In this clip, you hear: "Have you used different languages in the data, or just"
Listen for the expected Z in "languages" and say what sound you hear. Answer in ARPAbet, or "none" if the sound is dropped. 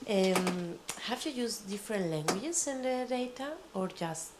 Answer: S